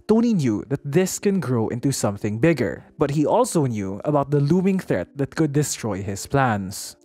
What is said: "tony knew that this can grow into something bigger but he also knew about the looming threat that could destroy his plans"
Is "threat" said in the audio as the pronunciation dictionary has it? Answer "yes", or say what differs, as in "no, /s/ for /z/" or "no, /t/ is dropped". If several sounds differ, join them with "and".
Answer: yes